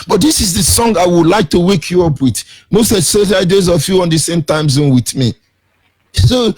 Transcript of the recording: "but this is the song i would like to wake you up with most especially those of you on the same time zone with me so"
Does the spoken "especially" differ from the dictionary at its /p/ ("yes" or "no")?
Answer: yes